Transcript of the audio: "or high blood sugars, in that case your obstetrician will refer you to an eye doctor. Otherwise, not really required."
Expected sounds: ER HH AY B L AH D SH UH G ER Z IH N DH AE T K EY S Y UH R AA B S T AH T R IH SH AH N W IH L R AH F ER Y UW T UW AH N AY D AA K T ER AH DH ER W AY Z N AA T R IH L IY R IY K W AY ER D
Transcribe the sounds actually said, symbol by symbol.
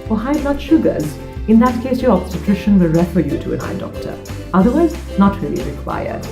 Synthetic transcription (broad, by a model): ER HH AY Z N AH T SH UH G ER Z IH N DH AE T K EY S Y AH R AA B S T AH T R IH SH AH N W IH L R AH F ER Y UW T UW AH N AY D AA K T ER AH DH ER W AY Z N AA T R IH L IY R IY K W AY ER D